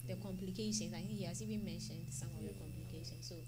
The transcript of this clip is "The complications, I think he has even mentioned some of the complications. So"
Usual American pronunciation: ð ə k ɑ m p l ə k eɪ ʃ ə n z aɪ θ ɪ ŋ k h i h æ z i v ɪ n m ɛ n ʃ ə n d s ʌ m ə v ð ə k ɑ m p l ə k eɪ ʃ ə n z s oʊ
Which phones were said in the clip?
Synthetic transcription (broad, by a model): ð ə k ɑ m p l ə k eɪ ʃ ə n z aɪ θ ɪ ŋ k h i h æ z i b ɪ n m ɛ n ʃ ə n d s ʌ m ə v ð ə k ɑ m p l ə k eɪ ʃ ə n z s oʊ